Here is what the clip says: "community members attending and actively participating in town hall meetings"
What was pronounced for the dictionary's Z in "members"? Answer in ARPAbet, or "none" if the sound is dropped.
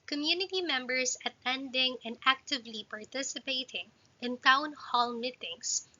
S